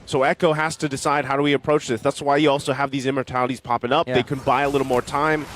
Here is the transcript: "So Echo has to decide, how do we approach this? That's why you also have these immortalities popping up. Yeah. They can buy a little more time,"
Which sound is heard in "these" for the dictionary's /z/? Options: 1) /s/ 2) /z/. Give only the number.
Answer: 2